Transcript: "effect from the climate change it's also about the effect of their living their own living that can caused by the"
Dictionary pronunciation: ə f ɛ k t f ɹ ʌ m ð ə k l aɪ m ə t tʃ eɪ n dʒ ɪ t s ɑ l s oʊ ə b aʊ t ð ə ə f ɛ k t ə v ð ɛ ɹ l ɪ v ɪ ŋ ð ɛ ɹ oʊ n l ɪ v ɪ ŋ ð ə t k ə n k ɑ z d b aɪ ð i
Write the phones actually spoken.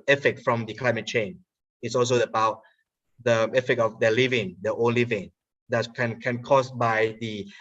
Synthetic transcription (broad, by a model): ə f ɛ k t f ɹ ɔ m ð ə k l aɪ m ə t tʃ eɪ n ɪ t s ɑ l s oʊ ə b aʊ t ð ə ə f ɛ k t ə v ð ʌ l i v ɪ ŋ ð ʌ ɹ oʊ n l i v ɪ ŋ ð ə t k ə n k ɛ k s b aɪ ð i